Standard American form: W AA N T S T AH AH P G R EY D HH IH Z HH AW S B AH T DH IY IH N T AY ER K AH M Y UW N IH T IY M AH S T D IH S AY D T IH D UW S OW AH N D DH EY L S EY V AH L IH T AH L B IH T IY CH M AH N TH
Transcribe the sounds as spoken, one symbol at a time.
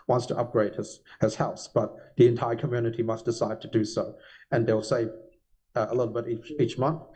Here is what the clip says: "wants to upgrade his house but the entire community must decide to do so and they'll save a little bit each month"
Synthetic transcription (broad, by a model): W AA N T S T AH AH P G R EY D HH IH Z HH AW S B AH T DH IY IH N T AY ER K AH M Y UW N IH T IY M AH S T D IH S AY D T IH D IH S OW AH N DH EY L S EY V AH L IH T L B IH T IY CH M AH N TH